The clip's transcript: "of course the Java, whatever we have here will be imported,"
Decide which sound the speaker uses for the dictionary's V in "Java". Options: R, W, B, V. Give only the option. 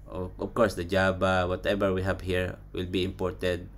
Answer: B